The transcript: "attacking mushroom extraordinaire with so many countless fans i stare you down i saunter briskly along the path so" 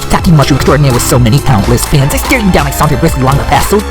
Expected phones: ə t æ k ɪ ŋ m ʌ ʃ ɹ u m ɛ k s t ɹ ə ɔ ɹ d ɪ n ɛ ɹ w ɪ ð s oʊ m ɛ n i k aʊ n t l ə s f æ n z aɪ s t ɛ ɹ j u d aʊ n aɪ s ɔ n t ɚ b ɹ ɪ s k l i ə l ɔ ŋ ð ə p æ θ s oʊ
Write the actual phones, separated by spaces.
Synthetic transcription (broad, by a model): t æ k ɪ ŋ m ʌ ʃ u ɛ k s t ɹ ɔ ɹ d n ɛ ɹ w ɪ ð s oʊ m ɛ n i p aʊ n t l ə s f æ n z aɪ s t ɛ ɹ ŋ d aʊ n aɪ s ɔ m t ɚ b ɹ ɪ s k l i l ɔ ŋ ð ə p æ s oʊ